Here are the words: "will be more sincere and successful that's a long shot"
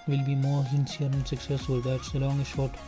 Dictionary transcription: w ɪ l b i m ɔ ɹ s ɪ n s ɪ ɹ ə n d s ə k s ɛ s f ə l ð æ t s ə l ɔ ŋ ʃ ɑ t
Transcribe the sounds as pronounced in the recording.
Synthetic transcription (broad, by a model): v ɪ l b i m ɔ ɹ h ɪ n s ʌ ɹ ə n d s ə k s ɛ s ə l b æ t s ə l ɔ ŋ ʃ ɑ t